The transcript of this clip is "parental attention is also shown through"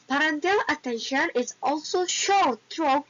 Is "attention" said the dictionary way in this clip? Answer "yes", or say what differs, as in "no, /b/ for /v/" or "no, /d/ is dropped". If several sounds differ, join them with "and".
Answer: yes